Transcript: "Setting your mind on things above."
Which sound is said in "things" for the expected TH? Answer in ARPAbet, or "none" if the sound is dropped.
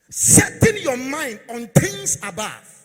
T